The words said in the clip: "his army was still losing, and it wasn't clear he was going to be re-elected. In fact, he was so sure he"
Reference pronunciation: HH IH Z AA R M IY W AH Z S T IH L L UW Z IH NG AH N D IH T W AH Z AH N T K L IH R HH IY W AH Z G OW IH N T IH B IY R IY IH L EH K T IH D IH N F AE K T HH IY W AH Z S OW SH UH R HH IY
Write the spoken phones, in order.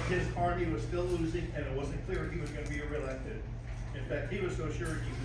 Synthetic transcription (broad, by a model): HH IH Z AA R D IY W AH Z S T IH L L UW Z IH NG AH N IH T W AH Z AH N K L IH R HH IY W AH Z G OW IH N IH B IY R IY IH L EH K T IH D IH N F AE K T HH IY W AH Z S OW SH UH R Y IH